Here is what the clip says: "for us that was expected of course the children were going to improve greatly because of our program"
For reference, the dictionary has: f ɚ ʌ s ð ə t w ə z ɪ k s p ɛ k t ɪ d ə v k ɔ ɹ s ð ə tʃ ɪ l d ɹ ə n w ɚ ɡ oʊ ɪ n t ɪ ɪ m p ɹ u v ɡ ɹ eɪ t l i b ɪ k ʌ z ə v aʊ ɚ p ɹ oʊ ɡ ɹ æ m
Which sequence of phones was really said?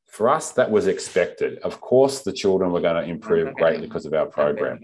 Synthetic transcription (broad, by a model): f ɚ ʌ s ð ə t w ə z ɪ k s p ɛ k t ɪ d ə v k ɔ ɹ s ð ə tʃ ɪ l d ɹ ə n w ɚ ɡ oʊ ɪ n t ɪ ɪ m p ɹ u v ɡ ɹ eɪ t l i k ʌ z ə v aʊ ɚ p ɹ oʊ ɡ ɹ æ m